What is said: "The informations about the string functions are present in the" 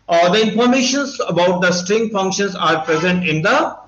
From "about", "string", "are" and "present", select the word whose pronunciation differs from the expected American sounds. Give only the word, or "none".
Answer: none